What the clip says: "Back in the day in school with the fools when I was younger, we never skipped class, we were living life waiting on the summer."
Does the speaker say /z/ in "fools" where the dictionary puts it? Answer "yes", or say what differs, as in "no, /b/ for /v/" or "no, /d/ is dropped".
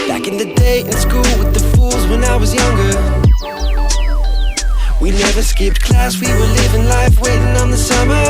yes